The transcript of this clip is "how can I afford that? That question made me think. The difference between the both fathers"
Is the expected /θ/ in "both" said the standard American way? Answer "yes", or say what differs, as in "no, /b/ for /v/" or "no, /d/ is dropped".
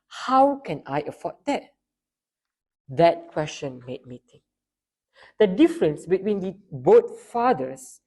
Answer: no, /t/ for /θ/